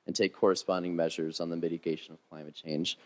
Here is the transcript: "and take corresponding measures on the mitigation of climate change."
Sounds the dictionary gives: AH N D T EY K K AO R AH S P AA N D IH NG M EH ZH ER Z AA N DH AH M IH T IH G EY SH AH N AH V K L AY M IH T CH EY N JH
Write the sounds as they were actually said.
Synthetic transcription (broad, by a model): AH N T EY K K AO R AH S P AA N D IH NG M EH ZH ER Z N DH AH M IH T IH G EY SH AH N AH V K L AY M IH T CH EY N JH